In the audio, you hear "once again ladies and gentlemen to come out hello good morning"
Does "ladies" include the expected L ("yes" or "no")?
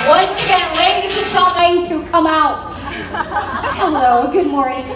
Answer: no